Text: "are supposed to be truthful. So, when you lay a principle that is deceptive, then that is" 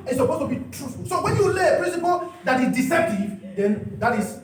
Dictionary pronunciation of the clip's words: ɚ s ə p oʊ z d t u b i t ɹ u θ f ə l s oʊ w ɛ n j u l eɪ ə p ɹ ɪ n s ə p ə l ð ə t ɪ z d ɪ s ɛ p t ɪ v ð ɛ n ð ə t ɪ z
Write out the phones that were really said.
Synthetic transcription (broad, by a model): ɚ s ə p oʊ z t u b i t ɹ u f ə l s oʊ w ɛ n j u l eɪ ə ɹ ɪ s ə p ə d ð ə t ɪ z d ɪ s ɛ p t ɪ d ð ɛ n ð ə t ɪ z